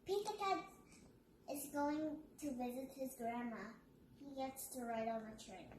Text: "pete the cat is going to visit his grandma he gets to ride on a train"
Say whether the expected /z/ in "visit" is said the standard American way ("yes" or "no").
yes